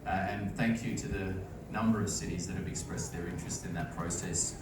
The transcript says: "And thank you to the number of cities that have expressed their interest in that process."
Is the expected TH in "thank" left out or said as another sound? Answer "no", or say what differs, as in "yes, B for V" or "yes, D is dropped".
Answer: no